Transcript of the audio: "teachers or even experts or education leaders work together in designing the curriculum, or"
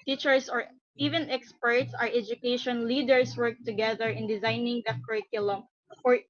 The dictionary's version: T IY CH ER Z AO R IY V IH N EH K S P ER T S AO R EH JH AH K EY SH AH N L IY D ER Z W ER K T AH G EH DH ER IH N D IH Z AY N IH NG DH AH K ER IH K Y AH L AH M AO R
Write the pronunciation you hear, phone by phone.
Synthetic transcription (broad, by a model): T IY CH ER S AO R IY V IH N EH K S P ER T S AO R EH JH AH K EY SH AH N L IY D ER S W ER K T AH G EH DH ER IH N D IH Z AY N IH NG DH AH K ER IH K Y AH L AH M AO R